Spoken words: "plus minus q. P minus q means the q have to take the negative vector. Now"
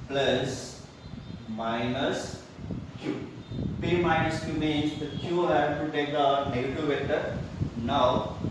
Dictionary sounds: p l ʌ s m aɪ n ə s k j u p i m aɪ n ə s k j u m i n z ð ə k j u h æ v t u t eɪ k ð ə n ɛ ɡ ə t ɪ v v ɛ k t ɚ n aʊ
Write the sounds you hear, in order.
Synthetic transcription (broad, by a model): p l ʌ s m aɪ n ə s k j u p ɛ m aɪ n ə s k j u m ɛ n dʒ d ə k j u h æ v t u t eɪ k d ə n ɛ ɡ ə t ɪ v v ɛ t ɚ n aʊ